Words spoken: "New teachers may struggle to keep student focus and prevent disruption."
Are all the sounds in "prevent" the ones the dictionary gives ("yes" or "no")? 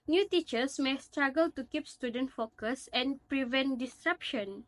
yes